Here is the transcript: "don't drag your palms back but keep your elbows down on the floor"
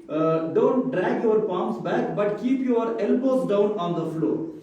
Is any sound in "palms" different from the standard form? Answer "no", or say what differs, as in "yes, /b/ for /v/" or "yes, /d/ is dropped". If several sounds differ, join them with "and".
yes, /s/ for /z/